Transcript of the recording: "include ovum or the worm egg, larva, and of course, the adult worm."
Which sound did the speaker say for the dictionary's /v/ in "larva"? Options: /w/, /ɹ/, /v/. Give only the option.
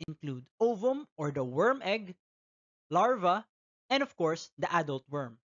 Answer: /v/